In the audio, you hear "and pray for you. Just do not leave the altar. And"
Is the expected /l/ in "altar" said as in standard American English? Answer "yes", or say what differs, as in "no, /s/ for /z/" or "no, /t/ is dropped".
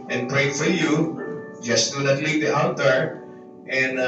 no, /n/ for /l/